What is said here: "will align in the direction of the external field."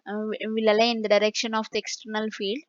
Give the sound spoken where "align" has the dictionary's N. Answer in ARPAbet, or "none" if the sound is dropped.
none